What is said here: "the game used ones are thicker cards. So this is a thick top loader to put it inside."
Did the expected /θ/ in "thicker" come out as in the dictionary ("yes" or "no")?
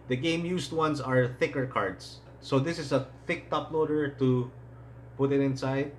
yes